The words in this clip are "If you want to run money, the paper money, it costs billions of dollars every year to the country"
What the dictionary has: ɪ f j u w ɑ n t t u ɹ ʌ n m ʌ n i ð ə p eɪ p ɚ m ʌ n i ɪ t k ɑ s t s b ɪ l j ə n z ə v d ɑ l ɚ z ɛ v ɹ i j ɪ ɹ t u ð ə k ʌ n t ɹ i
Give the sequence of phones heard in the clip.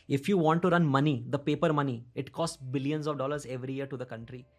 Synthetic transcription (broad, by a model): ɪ f j u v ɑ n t t u ɹ ʌ n m ʌ n i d ə p eɪ p ɚ m ʌ n i ɪ t k ɑ s t s b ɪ l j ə n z ə v d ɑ l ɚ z ɛ v ɹ i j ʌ ɹ t u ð ə k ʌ n t ɹ i